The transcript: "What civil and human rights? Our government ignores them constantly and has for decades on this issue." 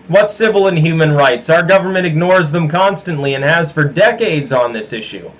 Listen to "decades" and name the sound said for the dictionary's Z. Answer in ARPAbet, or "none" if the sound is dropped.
Z